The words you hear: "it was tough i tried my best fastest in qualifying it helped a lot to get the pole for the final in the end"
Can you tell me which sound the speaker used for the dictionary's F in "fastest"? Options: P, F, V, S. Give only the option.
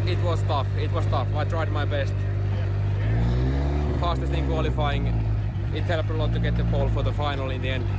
P